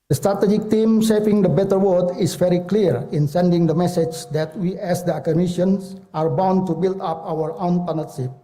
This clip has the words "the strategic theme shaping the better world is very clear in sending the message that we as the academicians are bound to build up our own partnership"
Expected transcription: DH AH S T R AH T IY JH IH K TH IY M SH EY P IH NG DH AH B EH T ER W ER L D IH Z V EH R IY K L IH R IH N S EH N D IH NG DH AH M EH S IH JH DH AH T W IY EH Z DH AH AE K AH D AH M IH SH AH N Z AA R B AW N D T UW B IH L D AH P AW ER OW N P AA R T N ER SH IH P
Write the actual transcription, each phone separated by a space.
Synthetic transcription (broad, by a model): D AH S T R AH T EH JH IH K T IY M S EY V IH NG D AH B EH T ER W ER D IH S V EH R IY K L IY R IH N S EH N D IH NG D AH M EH S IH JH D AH T W IY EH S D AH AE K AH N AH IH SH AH N S AA R B AW N T UW B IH L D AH P AW ER OW N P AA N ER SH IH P